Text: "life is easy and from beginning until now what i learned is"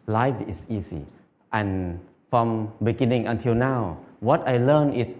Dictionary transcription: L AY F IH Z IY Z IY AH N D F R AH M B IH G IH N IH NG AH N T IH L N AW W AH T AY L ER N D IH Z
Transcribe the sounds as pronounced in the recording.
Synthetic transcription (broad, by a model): L AY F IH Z IY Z IY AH N F R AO M B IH G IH N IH NG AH N T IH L N AW W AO T AY L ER N IH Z